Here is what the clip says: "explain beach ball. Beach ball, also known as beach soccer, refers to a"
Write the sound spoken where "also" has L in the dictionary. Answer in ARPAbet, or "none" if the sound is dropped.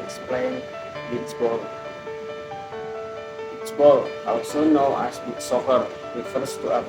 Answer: W